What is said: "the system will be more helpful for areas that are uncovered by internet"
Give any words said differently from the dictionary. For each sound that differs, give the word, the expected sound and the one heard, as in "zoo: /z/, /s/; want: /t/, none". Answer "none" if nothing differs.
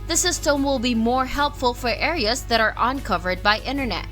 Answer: none